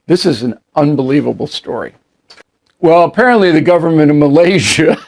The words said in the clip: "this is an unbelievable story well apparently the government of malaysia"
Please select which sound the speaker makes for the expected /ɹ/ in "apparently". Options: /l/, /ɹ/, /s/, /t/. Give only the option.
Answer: /ɹ/